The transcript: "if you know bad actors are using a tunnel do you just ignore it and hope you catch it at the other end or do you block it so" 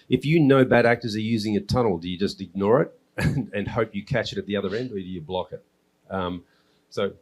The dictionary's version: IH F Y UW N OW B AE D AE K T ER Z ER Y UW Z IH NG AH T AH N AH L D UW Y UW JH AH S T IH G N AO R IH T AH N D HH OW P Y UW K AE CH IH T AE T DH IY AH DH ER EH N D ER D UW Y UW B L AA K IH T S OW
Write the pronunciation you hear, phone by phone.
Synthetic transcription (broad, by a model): IH F Y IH N OW B AE D AE K T ER Z ER Y UW Z IH NG AH T AH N L D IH Y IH JH AH S T IH G N AO R IH T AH N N HH OW P Y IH K AE CH IH T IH T DH IY AH DH ER EH N D ER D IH Y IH B L AA K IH T S OW